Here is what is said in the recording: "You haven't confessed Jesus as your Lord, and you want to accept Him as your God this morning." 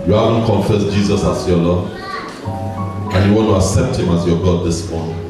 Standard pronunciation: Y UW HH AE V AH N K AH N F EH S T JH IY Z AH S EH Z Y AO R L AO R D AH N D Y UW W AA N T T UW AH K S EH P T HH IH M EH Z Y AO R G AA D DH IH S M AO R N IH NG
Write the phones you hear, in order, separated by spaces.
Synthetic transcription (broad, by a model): Y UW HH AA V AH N K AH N F EH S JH IY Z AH S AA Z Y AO L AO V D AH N Y UW W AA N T T UW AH S EH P T HH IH M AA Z Y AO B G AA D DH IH S M AO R N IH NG